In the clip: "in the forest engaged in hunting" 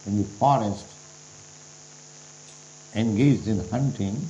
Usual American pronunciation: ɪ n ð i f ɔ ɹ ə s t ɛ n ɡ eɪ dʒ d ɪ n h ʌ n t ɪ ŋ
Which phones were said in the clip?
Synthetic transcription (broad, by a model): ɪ n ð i f ɔ ɹ ə s t ɛ n ɡ eɪ dʒ d ɪ n h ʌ n t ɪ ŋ